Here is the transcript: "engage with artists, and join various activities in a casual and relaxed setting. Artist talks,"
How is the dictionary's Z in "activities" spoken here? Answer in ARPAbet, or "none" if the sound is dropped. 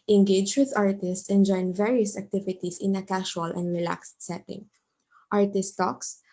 S